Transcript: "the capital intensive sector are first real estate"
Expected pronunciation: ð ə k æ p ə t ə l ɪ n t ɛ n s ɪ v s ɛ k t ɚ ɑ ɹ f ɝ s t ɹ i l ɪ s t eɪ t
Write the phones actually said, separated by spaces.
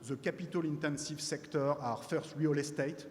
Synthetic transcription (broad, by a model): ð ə k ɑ p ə t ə l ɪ n t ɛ n s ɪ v s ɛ k t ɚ ɑ ɹ f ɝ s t w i l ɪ s t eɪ t